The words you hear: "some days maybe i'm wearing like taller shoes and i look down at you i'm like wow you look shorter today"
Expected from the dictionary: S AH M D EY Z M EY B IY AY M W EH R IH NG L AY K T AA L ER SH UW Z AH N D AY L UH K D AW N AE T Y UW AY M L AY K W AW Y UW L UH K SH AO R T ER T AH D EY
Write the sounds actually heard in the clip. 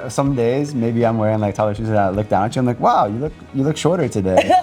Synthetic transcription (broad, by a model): S AH M D EY Z M EY B IY AY M W EH R IH NG L AY K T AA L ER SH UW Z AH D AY L UH K D AW N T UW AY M L AY K W AW Y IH L UH K SH AO R T ER T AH D EY